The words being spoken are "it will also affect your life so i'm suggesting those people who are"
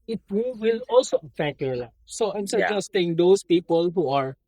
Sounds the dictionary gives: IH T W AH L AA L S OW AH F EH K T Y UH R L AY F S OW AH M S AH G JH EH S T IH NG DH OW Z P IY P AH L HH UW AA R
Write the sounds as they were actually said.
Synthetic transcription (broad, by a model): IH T W AH L AA L S OW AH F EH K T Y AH L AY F S OW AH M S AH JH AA S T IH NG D OW S P IY P AH L HH UW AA R